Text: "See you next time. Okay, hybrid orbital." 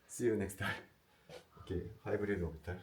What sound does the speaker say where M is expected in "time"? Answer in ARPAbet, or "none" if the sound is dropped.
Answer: none